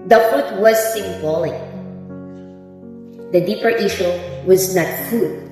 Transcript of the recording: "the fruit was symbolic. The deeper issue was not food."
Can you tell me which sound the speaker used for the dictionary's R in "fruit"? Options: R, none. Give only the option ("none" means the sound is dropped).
none